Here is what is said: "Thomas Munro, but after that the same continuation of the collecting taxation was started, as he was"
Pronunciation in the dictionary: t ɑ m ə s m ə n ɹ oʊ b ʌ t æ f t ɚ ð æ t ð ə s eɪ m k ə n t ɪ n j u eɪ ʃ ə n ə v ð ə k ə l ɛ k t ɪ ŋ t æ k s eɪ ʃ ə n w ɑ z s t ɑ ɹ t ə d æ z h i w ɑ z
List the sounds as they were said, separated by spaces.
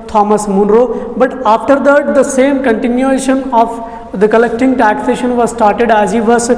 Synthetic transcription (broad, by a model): t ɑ m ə s m ə n ɹ oʊ b ʌ t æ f t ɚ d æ t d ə s eɪ m k ə n t ɪ n j u eɪ ʃ ə n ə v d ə k ə l ɛ k t ɪ ŋ t æ k s eɪ ʃ ə n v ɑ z s t ɑ ɹ t ə d æ z h i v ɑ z